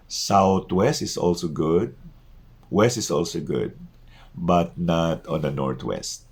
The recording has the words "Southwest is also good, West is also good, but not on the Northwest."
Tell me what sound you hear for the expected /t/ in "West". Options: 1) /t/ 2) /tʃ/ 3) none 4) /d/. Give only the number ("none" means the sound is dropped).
1